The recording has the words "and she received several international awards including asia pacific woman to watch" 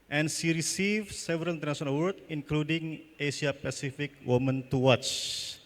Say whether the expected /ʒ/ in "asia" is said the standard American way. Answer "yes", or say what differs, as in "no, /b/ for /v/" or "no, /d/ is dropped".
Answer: no, /ʃ/ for /ʒ/